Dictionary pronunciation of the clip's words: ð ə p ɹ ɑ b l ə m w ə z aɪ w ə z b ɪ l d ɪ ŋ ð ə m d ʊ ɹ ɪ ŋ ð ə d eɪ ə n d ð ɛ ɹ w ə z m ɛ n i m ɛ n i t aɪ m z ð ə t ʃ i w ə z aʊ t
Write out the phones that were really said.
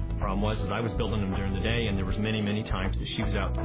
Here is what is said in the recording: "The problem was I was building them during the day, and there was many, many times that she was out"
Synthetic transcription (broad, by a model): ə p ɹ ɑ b w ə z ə z aɪ w ə z b ɪ l d ɪ ŋ ð ə m d ʊ ɹ ɪ ŋ ð ə d eɪ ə n ð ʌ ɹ w ə z m ɛ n i m ɛ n i t aɪ m z ð ə t ʃ i w ə z aʊ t